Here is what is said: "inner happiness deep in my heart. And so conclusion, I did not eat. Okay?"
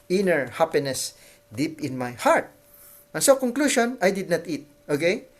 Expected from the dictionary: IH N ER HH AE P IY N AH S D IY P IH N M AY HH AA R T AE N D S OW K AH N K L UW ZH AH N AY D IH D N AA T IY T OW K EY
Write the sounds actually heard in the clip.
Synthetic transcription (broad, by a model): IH N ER HH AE P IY N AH S D IY P IH N M AY HH AA R T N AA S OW K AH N K L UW SH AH N AY D IH D N AA T IY T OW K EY